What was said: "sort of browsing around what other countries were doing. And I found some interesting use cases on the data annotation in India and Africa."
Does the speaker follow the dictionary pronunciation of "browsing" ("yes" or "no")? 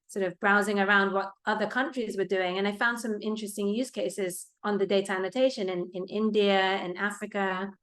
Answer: yes